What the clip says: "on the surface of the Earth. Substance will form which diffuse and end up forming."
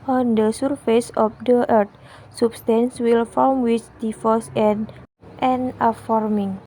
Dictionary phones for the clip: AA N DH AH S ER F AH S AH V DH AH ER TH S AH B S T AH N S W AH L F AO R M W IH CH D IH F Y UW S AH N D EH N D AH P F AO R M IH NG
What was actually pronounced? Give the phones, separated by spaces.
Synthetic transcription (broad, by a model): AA N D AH S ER F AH S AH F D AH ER T S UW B S T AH N S W AH L F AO L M W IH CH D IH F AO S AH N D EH N AH F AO R M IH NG